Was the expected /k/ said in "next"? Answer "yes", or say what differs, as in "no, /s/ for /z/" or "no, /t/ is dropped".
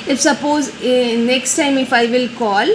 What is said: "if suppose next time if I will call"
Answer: yes